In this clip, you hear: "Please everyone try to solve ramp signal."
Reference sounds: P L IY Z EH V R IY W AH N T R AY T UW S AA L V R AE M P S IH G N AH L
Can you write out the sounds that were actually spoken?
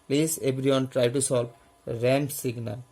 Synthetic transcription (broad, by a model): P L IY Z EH B R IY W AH N T R AY T UW S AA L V R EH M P S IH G N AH